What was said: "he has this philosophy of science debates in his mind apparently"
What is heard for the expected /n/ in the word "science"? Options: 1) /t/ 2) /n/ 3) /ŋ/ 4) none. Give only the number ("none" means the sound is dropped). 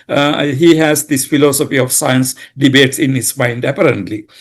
2